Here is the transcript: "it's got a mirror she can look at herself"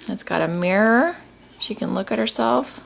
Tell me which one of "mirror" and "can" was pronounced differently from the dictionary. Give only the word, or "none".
none